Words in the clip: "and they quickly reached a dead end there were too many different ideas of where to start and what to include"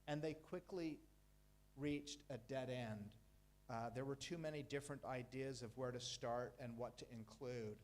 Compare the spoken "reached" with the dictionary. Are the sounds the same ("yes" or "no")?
yes